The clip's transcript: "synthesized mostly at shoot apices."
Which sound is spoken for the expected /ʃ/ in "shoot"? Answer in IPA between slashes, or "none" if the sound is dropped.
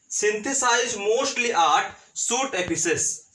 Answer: /s/